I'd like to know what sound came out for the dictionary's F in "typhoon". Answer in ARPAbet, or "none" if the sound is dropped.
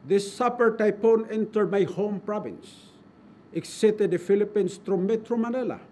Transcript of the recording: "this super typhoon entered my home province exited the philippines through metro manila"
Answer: P